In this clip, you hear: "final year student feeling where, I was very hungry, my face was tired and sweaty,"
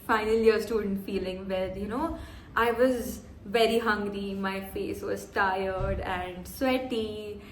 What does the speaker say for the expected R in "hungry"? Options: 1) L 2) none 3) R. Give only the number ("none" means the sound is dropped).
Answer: 3